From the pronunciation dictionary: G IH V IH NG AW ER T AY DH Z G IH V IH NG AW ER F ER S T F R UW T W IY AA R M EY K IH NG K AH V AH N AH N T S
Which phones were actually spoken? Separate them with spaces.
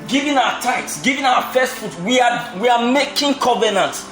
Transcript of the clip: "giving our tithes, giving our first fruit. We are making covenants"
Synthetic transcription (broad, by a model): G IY V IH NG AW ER T AY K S G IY V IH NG AW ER F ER S T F UW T W IY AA W M EY K IH NG K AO V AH N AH N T